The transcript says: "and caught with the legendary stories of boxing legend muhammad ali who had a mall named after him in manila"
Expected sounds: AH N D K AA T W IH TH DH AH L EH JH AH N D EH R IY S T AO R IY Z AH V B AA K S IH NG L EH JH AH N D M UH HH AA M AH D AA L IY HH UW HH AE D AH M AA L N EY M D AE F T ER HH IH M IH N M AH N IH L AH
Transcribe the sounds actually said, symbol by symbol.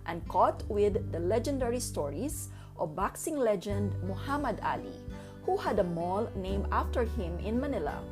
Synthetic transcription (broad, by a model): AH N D K AA T W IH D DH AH L EH JH AH N D EH R IY S T AO R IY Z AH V B AA K S IH NG L EH JH AH N D M UH HH AA M AH D AA L IY HH UW HH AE D AH M AA L N EY M AA F T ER HH IH M IH N M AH N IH L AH